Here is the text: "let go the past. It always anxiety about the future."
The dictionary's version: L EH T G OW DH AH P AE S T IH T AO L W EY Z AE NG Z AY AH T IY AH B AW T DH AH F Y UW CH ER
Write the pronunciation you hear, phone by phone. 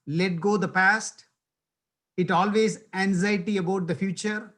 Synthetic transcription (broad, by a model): L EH T G OW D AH P AE S T IH T AO L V EY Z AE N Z AY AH T IY AH B AW T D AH F Y UW CH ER